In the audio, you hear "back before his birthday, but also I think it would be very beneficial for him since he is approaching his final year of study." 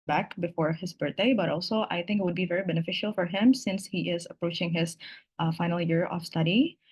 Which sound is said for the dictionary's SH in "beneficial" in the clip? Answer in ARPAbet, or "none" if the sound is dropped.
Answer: SH